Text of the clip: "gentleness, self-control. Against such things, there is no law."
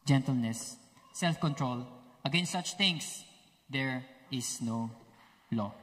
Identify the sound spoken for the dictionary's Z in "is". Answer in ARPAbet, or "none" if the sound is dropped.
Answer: S